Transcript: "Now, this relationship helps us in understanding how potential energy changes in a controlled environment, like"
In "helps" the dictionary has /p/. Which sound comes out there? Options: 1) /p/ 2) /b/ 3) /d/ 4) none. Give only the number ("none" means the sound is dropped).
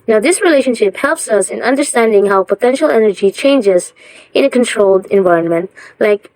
1